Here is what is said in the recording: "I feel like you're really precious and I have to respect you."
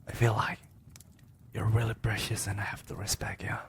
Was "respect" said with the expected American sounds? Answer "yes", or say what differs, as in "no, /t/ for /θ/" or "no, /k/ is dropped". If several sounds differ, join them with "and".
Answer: no, /b/ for /p/